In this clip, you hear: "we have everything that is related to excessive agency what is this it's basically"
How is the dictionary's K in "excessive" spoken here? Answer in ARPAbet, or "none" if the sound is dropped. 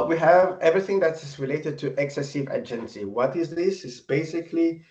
K